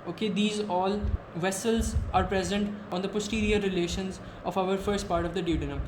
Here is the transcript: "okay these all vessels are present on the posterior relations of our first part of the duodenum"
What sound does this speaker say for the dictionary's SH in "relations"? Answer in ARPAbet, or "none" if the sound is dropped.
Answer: SH